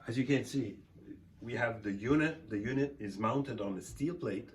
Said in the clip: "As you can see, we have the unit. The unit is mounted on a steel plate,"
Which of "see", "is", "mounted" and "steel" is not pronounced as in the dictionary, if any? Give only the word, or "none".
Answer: none